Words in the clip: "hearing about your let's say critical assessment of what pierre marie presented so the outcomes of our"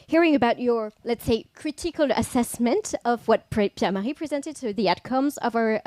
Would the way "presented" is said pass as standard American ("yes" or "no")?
yes